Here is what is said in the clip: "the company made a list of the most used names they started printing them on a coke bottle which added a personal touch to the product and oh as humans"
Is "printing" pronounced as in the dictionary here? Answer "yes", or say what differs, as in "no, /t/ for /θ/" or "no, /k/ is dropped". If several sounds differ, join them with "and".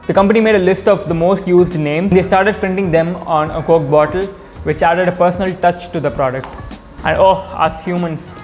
yes